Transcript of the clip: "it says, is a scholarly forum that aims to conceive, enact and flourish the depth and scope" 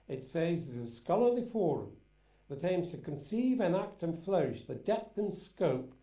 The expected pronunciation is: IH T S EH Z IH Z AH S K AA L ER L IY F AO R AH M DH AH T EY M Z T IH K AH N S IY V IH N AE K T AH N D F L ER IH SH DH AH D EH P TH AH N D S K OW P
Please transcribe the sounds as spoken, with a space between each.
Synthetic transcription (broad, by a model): IH T S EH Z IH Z AH S K AA L ER L IY F AO R AH M DH AH T EY M Z T IH K AH N S IY V IH N AE K T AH N F L ER IH SH DH AH D EH P TH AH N S K OW P